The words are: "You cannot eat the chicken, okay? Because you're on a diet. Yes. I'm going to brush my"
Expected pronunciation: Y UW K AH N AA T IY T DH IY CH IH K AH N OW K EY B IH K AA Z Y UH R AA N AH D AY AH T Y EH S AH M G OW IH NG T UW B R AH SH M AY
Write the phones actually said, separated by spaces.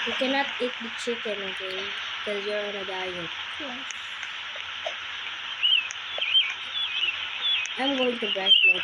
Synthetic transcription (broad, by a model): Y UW K AH N AA T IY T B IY CH IH K AH N OW K EY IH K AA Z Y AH R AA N AH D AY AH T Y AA AH M G OW IH NG T UW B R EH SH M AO